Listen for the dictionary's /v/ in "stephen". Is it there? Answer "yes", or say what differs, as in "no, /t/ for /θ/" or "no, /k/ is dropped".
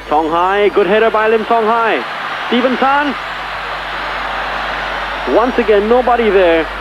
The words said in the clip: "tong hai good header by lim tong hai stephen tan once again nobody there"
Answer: yes